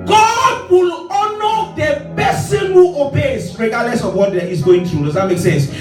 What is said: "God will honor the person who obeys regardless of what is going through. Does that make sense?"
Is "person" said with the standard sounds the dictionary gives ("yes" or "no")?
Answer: no